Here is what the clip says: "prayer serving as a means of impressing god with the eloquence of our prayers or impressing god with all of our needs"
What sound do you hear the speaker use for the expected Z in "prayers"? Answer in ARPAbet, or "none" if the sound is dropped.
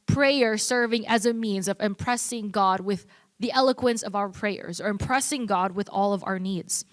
Z